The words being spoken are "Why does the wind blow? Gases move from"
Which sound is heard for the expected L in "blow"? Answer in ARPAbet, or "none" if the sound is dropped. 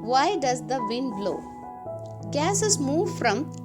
L